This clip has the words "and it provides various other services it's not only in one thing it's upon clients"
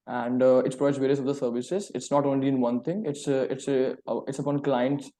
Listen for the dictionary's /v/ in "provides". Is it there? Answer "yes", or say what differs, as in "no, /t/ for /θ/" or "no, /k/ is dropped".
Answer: no, /v/ is dropped